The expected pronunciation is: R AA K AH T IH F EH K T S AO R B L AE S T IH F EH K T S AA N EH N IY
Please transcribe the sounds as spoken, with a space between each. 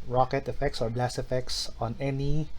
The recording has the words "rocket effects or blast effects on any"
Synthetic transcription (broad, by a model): R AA K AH T IH F EH K T S AO R B L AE S IH F EH K T S AA N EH N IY